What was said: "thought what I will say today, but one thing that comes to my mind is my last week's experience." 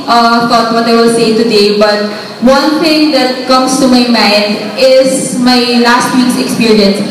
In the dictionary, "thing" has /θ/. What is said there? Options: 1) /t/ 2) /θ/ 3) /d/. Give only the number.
1